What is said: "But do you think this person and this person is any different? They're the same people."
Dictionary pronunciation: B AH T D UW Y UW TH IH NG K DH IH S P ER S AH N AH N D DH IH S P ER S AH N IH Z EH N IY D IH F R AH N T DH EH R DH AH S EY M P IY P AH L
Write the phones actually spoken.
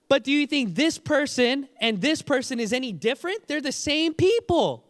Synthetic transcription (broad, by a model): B AH T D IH Y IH TH IH NG K DH IH S P ER S AH N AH N DH IH S P ER S AH N IH Z EH N IY D IH F R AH N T DH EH R DH AH S EY M P IY P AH L